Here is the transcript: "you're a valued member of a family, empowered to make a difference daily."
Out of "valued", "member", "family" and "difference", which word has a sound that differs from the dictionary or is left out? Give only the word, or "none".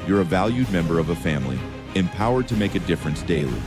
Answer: none